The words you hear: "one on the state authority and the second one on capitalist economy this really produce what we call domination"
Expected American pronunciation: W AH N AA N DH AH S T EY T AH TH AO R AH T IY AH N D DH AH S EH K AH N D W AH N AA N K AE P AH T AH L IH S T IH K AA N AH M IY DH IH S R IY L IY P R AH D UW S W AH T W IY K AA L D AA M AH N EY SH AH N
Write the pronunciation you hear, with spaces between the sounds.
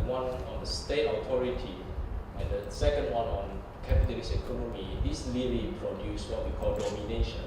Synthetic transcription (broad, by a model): W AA N AA N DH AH S T EY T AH T AO R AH T IY AH N D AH S EH K AH N D W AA N AA N K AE P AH T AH L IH S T IH K AA N AH M IY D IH S L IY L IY P R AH D UW S W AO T W IY K AA L D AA M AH N EY SH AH N